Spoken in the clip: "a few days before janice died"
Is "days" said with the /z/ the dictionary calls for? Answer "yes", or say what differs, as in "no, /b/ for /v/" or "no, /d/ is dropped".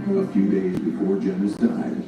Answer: yes